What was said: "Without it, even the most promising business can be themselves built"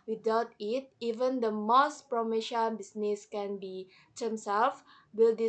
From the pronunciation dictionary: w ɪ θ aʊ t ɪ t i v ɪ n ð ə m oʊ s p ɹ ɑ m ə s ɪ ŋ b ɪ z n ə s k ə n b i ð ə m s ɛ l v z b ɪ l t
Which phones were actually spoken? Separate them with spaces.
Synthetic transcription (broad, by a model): w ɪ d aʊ t ɪ t i v ɪ n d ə m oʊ s p ɹ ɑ m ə ʃ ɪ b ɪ s n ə s k ə n b i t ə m s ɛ l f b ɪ l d